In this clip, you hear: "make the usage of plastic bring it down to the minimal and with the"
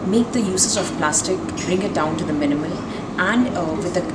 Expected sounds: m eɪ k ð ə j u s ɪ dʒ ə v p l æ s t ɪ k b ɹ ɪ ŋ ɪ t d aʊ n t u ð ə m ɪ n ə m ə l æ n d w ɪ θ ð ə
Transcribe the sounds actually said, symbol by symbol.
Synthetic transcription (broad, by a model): m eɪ k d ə j u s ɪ z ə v p l æ s t ɪ k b ɹ ɪ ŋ ɪ t d aʊ n t u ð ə m ɪ n ə m ə l æ n d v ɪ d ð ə